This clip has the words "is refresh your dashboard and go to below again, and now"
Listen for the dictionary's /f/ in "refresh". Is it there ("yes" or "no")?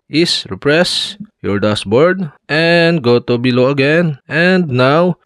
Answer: no